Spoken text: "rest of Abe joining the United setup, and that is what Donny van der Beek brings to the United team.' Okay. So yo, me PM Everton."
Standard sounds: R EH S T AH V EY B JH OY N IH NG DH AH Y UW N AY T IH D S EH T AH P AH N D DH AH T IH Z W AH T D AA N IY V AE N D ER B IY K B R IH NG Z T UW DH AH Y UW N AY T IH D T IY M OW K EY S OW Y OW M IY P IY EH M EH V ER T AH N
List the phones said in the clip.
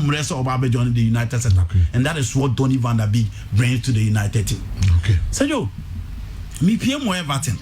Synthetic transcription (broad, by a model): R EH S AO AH B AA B JH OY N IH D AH Y UW N AY T IH D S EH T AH AH N D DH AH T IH S W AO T D AA N IY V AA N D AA B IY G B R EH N T UW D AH Y UW N AY T IH D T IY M OW K EY S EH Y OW M IY P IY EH M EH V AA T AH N